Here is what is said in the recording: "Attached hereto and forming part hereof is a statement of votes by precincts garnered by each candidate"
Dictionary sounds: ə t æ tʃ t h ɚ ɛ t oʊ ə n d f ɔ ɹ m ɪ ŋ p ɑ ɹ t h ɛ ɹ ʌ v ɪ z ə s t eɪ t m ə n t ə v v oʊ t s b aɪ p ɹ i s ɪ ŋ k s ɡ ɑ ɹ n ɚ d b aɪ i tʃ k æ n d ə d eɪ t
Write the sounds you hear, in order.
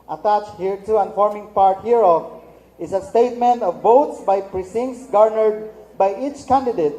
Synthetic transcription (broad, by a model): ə t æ tʃ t h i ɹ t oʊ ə n f ɔ ɹ m ɪ ŋ p ɑ ɹ t h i ɹ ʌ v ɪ s ə s t eɪ t m ə n t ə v v oʊ t s b aɪ p ɹ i s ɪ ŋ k s ɡ ɑ ɹ n ɚ d b aɪ i tʃ k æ n d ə d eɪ t